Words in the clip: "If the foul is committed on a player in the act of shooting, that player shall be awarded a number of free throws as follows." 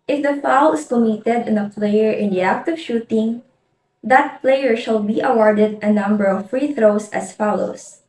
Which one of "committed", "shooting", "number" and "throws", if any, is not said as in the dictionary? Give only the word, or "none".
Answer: throws